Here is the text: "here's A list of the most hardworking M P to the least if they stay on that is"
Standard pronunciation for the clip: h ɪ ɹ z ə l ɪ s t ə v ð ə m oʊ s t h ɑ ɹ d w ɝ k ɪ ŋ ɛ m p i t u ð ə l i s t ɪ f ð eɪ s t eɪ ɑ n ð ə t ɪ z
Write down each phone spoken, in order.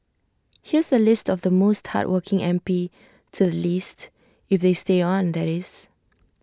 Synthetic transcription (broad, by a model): h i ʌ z ə l ɪ s t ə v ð ə m oʊ s t h ɑ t w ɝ k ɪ ŋ ɛ m p i t u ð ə l i s t ɪ f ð eɪ s t eɪ ɑ n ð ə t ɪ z